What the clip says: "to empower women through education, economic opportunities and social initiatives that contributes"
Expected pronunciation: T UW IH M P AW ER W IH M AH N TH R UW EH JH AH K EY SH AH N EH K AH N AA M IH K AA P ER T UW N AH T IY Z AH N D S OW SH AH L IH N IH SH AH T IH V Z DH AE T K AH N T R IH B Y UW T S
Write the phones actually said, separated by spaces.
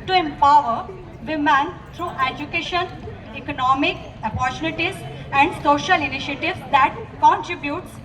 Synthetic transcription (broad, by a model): T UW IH M P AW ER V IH M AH N T R UW EH JH AH K EY SH AH N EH K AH N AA M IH K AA P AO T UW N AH T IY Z AH N D S OW SH AH L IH N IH SH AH T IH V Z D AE T K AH N T R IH B Y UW T S